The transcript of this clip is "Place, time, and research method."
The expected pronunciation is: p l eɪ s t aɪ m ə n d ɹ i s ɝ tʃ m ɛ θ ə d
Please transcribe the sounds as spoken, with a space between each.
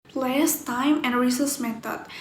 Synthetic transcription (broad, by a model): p l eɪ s t aɪ m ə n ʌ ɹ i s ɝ s m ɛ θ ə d